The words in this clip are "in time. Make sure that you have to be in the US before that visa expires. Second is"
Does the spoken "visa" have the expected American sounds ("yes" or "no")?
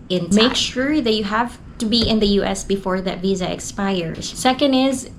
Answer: yes